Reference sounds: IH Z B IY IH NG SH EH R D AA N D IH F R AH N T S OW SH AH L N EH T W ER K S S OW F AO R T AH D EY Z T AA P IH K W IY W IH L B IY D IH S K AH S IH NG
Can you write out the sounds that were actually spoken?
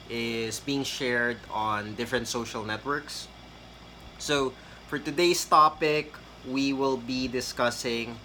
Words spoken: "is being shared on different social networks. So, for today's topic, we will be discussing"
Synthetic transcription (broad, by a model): IH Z B IY IH NG SH EH R D AA N D IH F R AH N T S OW SH AH L N EH T W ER K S S OW F AO R T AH D EY S T AA P IH K W IY W IH L B IY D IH S K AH S IH NG